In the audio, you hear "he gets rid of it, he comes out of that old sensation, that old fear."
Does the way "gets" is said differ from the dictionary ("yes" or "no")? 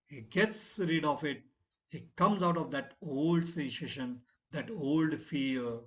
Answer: no